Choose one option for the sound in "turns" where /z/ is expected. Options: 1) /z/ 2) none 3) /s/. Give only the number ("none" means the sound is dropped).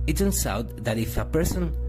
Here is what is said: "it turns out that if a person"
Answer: 3